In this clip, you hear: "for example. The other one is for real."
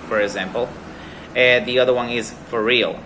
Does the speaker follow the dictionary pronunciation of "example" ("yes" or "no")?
no